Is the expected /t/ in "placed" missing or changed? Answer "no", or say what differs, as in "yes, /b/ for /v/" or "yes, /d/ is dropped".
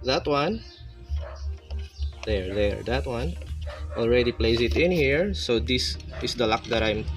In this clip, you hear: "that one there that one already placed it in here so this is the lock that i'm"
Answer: yes, /t/ is dropped